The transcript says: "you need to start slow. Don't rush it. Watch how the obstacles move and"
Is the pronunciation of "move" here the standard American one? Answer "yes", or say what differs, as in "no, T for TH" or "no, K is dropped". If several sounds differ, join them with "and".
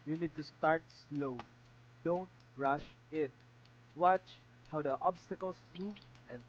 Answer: no, V is dropped